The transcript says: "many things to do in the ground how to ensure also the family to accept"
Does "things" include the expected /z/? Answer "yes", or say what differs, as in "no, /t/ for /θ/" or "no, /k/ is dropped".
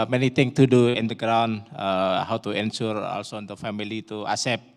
no, /z/ is dropped